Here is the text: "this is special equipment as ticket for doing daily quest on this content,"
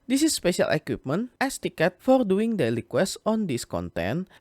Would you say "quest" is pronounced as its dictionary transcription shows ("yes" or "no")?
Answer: no